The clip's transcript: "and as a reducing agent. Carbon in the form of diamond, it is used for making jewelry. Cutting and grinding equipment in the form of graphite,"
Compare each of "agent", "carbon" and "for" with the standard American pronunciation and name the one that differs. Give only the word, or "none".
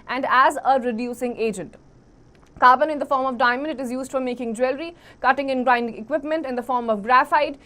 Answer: none